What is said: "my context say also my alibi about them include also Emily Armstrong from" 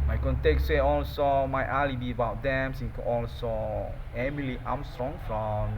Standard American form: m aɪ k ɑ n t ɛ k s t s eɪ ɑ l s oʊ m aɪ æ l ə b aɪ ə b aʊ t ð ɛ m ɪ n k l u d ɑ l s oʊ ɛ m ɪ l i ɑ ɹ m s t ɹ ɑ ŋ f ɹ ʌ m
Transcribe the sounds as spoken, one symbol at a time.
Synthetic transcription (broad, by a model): m aɪ k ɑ n t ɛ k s s eɪ ɑ l s oʊ m aɪ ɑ l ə b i ə b aʊ t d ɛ m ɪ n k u ɑ l s oʊ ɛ m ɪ l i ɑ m s t ɹ ɑ ŋ f ɹ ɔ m